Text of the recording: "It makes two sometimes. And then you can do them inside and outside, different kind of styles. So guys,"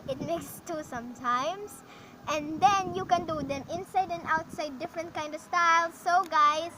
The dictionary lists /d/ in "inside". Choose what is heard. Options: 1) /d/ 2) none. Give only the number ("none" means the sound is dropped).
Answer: 1